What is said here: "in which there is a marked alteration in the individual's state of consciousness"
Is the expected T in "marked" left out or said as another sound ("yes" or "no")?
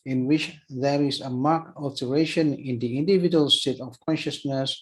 yes